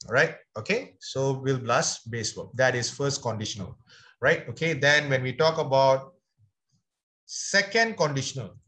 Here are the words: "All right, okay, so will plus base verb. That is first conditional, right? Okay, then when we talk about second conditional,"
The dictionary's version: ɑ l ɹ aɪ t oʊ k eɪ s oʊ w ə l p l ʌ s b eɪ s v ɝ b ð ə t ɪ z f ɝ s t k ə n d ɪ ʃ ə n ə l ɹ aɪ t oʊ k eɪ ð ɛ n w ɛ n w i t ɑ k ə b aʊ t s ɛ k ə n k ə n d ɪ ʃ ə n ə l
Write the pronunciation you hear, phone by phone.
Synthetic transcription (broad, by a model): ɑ ɹ aɪ t oʊ k eɪ s oʊ w ə l b l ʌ s b eɪ s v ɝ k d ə t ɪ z f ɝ s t k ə n d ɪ ʃ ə n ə l ɹ aɪ t oʊ k eɪ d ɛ n w ɛ n w i t ɑ k ə b aʊ t s ɛ k ə n k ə n d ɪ ʃ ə n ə l